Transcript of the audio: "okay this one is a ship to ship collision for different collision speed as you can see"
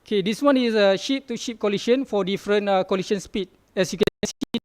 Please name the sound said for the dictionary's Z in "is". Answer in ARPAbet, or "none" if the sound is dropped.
S